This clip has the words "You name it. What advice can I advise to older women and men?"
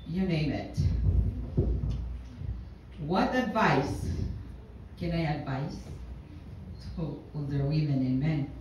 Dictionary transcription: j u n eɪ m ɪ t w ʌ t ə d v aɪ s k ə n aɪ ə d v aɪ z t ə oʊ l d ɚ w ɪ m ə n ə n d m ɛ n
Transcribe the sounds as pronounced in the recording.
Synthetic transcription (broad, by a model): j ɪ n eɪ m ɪ t w ʌ t ə d v aɪ s k ə n aɪ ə d v aɪ s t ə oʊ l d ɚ w ɪ m ə n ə n m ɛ n